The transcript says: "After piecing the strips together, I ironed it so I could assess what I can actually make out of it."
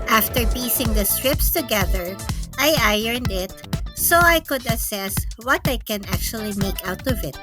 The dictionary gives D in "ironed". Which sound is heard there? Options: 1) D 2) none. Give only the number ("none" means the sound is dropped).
1